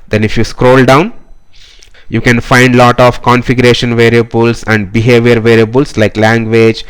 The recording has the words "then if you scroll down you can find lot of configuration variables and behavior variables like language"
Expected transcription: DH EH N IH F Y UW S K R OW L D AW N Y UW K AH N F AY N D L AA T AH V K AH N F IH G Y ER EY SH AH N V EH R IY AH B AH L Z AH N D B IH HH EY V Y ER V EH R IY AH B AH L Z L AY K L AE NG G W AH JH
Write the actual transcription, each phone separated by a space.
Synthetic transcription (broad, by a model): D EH N IH F Y UW S K R OW L D AW N Y UW K AH N F AY N D L AA T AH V K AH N F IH G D EY SH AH N V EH R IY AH B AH L S AH N D B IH HH EY V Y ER V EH R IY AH B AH L S L AY K L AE NG G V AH JH